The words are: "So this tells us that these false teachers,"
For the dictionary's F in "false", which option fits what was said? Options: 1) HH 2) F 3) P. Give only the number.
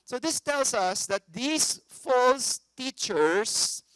2